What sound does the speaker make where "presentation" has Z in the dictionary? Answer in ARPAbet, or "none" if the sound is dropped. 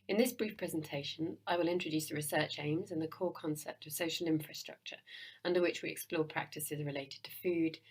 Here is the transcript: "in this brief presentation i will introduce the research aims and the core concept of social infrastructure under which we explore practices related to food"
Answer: Z